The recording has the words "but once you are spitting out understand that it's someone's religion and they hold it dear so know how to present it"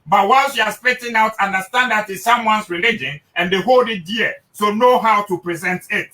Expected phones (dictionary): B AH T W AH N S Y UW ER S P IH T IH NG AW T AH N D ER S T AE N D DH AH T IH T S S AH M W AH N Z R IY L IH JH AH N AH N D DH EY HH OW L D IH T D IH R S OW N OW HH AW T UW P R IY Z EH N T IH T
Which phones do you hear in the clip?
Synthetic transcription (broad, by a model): B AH T W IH L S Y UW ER S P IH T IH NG AW T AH N D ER S T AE N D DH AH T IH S S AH M W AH N S R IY L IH JH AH N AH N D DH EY HH OW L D IH T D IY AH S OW N OW HH AW T UW P R IY Z EH N T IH T